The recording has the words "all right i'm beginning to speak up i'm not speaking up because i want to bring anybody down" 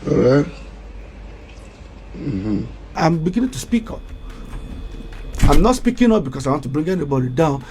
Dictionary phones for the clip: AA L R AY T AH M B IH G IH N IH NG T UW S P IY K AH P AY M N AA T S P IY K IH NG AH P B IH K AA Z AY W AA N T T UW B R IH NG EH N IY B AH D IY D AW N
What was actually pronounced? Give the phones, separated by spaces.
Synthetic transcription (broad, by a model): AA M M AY AH M B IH G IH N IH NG T UW S P IY K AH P AY M N AA T S P IY K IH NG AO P B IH K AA S AY W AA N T T UW B R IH NG EH N IY B AH D IY D AW N